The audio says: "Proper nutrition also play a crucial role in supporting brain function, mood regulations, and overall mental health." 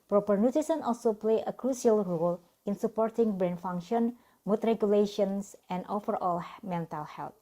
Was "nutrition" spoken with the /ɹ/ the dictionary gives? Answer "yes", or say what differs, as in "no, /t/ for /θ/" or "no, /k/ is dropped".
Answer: no, /ɹ/ is dropped